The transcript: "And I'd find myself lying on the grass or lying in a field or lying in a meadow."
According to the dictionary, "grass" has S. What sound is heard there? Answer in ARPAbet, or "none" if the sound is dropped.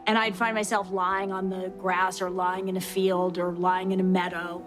S